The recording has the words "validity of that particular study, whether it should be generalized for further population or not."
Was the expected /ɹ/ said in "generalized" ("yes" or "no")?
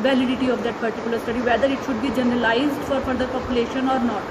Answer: yes